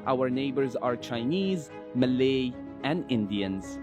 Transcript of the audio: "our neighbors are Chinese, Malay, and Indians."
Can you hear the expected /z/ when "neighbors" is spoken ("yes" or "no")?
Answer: yes